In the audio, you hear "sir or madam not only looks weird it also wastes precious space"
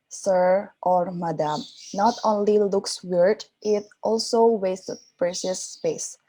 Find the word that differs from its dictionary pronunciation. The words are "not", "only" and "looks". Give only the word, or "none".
none